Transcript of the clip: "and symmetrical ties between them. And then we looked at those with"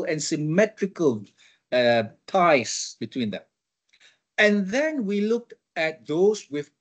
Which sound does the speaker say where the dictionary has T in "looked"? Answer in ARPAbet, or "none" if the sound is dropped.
T